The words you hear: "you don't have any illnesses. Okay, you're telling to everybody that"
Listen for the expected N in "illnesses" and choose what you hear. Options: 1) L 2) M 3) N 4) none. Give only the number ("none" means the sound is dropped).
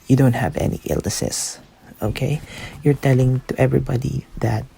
4